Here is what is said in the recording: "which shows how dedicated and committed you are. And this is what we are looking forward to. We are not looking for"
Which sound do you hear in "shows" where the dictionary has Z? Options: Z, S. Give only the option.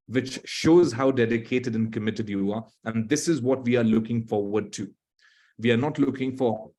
Z